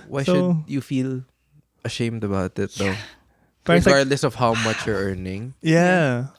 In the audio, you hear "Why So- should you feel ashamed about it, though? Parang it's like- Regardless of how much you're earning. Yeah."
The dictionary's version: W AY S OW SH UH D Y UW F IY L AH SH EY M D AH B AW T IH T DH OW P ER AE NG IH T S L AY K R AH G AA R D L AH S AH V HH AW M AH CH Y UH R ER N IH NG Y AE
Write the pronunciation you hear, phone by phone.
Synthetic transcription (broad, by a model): W AY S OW SH UH D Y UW F IY L AH SH EY M D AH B AW T IH T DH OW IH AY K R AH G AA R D L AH S AH V HH AW M AH CH Y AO R ER N IH NG Y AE